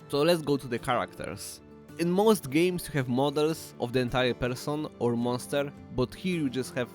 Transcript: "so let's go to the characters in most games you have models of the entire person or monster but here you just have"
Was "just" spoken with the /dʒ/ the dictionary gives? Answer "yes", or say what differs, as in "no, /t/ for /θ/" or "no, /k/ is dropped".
yes